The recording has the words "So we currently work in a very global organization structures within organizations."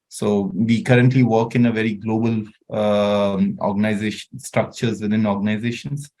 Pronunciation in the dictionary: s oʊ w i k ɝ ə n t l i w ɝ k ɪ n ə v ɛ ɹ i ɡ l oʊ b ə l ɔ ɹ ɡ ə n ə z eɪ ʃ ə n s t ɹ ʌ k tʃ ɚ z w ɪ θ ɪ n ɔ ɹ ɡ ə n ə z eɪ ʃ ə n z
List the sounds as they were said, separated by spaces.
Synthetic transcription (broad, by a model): s oʊ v i k ɝ ə n t l i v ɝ k ɪ n ə v ɛ ɹ i ɡ l oʊ b ə l ɔ ɹ ɡ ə n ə z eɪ ʃ ə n s t ɹ ʌ k tʃ ɚ z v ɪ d ɪ n ɔ ɹ ɡ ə n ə z eɪ ʃ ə n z